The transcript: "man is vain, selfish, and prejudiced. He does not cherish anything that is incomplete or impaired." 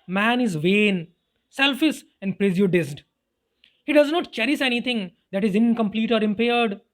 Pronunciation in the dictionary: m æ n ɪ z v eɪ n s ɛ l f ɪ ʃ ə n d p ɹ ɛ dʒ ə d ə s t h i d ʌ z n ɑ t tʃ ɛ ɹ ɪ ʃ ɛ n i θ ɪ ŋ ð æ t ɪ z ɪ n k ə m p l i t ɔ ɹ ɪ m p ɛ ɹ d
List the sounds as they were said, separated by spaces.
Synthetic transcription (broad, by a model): m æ n ɪ z v eɪ n s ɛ l f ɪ s ə n d p ɹ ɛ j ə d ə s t h i d ʌ z n ɑ t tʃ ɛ ɹ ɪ s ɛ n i t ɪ ŋ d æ t ɪ z ɪ n k ə m p l i t ɔ ɹ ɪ m p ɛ ɹ d